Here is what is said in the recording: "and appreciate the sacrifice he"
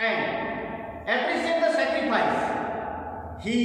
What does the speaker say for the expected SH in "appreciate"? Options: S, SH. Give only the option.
S